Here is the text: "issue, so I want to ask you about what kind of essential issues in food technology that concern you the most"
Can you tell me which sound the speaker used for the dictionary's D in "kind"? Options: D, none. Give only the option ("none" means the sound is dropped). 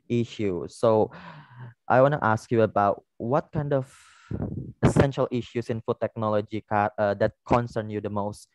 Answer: D